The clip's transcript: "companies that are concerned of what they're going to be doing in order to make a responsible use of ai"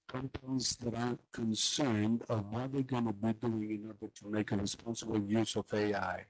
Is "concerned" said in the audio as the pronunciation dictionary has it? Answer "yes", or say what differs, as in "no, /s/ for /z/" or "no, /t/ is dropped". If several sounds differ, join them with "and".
yes